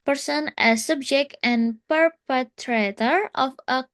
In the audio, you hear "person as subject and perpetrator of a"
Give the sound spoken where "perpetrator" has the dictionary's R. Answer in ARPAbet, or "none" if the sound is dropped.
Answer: R